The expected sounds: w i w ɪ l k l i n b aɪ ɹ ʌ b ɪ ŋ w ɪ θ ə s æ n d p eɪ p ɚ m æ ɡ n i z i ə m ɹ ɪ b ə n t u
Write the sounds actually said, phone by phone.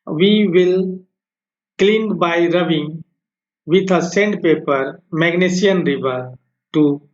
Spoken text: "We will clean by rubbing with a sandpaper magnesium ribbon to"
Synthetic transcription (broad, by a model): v i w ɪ l k l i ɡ b aɪ ɹ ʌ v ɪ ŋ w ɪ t ə s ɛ n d p eɪ p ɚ m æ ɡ n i s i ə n ɹ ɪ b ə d t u